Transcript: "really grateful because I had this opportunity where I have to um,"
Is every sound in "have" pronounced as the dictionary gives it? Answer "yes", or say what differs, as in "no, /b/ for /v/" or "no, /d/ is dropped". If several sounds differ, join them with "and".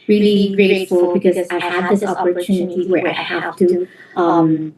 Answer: no, /f/ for /v/